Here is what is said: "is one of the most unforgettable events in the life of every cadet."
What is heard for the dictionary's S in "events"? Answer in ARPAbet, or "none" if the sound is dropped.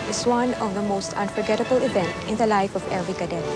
none